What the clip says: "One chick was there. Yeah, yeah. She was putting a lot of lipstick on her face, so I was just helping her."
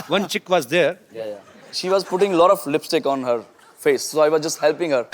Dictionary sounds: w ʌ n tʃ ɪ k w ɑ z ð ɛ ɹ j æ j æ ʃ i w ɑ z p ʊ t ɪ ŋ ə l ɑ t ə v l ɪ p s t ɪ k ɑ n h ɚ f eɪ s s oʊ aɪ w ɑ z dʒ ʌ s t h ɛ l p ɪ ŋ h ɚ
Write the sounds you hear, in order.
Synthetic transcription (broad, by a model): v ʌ n tʃ ɪ k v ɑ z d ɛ ɹ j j ʃ i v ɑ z p ʊ t ɪ ŋ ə l ɑ t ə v l ɪ p s t ɪ k ɑ n h ɚ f eɪ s s oʊ aɪ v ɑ z dʒ ʌ s t h ɛ l p ɪ ŋ h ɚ